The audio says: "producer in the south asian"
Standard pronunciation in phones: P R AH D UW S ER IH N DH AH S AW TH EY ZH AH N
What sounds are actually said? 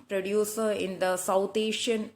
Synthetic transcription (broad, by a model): P R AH D UW S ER IH N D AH S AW T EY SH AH N